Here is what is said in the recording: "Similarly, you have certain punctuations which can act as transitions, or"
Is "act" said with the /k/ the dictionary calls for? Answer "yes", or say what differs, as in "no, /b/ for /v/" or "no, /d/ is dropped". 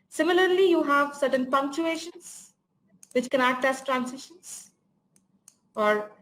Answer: no, /k/ is dropped